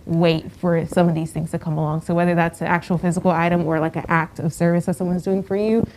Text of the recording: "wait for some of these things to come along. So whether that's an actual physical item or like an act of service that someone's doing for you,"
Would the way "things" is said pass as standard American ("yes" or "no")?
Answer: yes